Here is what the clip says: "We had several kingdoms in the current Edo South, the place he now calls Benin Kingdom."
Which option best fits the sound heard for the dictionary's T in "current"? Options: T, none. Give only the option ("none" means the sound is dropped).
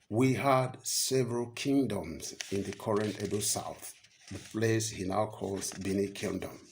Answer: T